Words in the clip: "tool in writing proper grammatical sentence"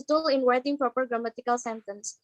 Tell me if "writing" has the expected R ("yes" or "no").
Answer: no